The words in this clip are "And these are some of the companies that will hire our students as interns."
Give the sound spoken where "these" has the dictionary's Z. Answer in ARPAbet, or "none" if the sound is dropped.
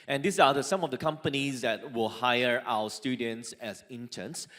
S